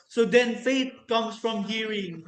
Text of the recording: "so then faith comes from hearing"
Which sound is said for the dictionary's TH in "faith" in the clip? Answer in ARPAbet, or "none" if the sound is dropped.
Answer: T